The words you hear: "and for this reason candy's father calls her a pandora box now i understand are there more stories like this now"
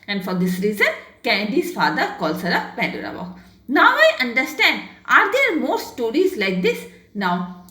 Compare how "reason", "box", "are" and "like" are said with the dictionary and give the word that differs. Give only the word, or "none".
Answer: box